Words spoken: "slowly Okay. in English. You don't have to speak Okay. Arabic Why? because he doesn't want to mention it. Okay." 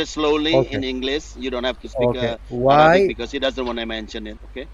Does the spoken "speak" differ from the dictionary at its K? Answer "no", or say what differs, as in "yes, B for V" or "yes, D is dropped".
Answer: yes, K is dropped